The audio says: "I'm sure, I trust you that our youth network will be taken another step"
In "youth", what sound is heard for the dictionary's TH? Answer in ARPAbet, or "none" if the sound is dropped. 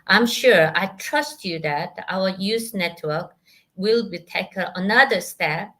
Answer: S